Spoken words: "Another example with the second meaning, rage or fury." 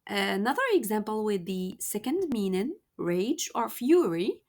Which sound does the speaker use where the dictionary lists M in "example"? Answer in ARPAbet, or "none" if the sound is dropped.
M